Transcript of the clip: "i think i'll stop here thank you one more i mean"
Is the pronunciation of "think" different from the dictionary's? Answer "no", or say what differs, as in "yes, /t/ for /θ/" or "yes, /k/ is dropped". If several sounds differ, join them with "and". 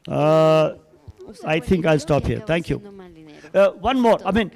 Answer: yes, /t/ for /θ/